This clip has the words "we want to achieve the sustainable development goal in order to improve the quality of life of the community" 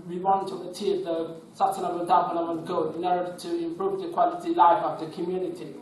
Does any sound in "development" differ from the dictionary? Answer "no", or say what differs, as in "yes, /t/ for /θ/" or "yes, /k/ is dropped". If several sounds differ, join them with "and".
yes, /n/ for /l/ and /p/ is dropped